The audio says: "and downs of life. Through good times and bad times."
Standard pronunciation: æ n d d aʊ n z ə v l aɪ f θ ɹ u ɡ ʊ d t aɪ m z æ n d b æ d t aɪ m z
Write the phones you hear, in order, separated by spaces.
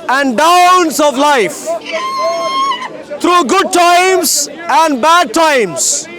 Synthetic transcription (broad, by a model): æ n d d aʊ n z ə v l aɪ f t ɹ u ɡ ʊ d t aɪ m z æ n d b æ d t aɪ m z